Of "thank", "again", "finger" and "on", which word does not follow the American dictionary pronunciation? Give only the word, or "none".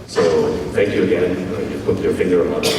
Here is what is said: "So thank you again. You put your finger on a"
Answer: on